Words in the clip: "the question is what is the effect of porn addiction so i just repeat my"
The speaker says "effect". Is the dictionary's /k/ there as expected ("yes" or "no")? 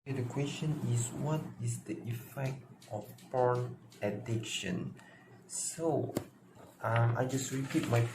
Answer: yes